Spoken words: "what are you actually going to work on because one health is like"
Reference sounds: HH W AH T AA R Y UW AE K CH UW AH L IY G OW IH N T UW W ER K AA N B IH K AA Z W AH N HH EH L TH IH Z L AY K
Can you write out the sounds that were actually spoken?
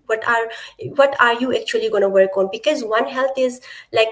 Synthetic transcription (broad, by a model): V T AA T AA R Y UW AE K CH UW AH L IY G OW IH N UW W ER K AA N B IH K AA Z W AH N HH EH L T IH Z L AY K